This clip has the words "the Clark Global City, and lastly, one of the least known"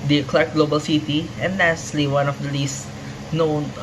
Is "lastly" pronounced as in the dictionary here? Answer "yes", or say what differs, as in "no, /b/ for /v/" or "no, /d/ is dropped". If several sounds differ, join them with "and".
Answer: no, /s/ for /t/